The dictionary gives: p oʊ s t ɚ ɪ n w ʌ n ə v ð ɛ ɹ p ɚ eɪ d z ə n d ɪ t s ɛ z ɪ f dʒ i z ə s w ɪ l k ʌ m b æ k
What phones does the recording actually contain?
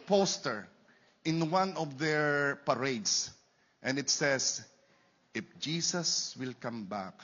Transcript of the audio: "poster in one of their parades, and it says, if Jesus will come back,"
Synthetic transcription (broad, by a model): p oʊ s t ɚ ɪ n w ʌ n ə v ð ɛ ɹ p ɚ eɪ d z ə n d ɪ t s ɛ s ɪ f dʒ i s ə s w ɪ l k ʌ m b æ k